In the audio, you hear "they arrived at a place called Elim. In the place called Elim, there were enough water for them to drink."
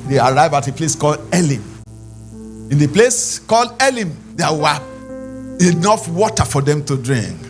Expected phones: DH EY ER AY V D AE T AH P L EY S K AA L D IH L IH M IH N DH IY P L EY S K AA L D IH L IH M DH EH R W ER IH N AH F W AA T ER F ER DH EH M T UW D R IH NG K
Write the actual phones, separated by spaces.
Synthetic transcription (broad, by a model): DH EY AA AY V AA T AH P L EY S K AA L D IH L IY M IH N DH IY P L EY S K AA L D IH L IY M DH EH W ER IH N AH F W AA T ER F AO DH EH M T UW D R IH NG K